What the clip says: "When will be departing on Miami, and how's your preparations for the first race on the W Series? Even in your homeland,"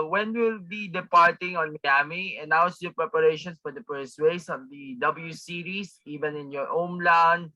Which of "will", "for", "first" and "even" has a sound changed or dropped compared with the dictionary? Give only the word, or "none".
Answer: first